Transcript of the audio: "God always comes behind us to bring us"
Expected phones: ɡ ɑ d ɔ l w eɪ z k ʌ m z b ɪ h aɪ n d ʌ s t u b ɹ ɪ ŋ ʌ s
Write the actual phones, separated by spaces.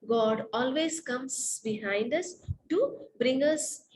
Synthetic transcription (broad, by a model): ɡ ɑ d ɔ l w eɪ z k ʌ m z b ɪ h aɪ n d ʌ s t u b ɹ ɪ ŋ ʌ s